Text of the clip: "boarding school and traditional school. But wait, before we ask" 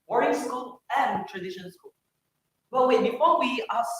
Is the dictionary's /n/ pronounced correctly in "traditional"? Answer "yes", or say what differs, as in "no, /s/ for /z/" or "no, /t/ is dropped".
no, /n/ is dropped